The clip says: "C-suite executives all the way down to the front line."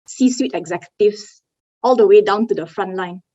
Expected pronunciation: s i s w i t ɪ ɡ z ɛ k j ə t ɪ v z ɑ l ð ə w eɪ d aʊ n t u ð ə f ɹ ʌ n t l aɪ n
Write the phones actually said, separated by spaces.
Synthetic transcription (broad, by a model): s i s w i t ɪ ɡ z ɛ k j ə t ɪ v s ɑ l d ə w eɪ d aʊ n t u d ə f ɹ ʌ n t l aɪ n